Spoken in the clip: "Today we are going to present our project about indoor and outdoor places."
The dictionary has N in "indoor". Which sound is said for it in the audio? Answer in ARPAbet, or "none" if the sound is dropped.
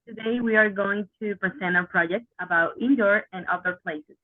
N